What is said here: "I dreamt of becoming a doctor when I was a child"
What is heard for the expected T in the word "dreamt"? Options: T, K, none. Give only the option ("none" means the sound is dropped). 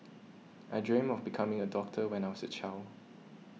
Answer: none